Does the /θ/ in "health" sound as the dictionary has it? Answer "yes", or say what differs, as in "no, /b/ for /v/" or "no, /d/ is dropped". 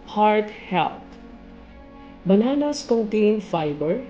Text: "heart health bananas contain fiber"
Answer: no, /t/ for /θ/